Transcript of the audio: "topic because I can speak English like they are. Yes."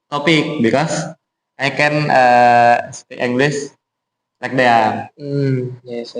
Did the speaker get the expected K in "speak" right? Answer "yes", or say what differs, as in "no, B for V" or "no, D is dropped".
no, K is dropped